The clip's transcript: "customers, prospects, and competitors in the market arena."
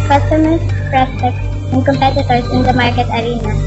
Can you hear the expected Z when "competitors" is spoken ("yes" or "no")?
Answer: no